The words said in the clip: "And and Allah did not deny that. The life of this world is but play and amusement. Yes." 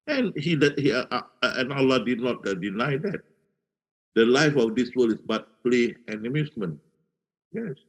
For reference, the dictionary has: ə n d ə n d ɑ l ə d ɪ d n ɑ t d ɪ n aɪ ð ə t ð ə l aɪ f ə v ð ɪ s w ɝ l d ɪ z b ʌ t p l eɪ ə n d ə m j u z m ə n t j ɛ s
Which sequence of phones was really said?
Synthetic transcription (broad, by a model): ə n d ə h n ɑ l ə d ɪ d n ɑ t d ɪ n aɪ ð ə t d ə l aɪ f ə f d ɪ s w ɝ l ɪ s b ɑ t p l eɪ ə n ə m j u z m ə n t j ɛ s